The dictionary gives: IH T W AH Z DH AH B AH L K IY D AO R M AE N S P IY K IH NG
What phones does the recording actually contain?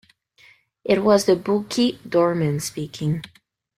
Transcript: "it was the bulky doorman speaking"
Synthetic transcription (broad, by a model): IH T W AH Z DH AH B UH K IY D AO R M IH N S P IY K IH NG